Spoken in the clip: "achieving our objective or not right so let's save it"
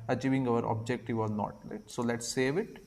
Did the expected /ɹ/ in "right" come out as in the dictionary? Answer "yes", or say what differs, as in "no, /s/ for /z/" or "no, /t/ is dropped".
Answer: no, /l/ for /ɹ/